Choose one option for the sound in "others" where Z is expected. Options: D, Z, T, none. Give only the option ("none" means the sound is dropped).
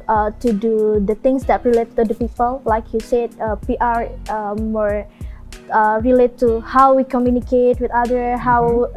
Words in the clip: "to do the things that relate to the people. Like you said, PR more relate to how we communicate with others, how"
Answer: none